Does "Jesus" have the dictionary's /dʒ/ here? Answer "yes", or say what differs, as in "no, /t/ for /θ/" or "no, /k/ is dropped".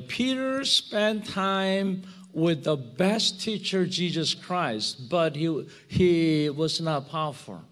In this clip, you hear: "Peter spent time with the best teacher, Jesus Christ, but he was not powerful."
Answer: yes